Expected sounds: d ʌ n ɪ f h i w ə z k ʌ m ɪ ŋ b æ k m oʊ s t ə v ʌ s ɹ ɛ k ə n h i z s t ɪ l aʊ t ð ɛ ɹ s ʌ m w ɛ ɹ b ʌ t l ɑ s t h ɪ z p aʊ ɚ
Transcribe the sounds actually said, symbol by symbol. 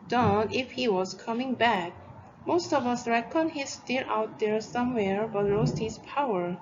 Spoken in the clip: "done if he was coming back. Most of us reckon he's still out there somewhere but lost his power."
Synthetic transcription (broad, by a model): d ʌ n ɪ f h i w ə z k ʌ m ɪ ŋ b æ k m oʊ s t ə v ʌ s ɹ ɛ k ə n h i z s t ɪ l aʊ t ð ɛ ɹ s ʌ m w ɛ ɹ b ʌ t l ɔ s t h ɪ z p aʊ ɚ